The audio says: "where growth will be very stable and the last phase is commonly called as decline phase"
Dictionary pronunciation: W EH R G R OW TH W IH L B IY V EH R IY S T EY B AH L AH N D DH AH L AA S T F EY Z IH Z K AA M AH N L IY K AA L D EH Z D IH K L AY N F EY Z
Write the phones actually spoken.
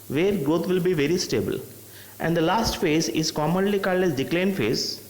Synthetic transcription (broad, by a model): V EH R G R OW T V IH L B IY V EH R IY S T EY B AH L AH N D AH L AA S T F EY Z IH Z K AA M AH N L IY K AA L EH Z D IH K L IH N F EY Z